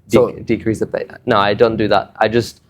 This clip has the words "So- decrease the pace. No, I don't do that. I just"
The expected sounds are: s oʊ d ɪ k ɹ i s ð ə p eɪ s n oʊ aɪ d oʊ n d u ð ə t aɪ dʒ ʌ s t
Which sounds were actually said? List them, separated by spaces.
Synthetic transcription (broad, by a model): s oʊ d ɪ k ɹ i s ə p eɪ n oʊ aɪ d oʊ n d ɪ ð ə t aɪ dʒ ʌ s t